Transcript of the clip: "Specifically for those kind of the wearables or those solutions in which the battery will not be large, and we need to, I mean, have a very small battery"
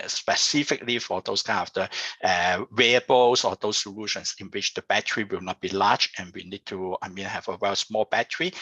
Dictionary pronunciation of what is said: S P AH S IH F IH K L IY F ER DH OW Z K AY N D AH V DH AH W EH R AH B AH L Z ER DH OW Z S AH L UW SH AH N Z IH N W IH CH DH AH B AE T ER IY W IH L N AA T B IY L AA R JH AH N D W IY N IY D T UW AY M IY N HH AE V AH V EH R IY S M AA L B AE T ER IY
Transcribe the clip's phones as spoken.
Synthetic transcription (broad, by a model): S P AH S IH F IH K L IY F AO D OW S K AY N AH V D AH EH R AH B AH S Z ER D OW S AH L UW SH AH N S IH N W IH CH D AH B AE T ER IY W IH L N AA T B IY L AA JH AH N W IY N IY D T UW AY M IY N HH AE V AH W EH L S M AA L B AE T ER IY